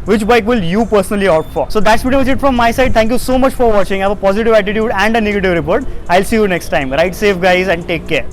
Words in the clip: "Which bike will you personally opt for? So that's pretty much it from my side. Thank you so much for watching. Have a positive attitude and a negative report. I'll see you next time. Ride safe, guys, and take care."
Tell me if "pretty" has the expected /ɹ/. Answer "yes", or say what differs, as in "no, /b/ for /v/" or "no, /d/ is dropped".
no, /ɹ/ is dropped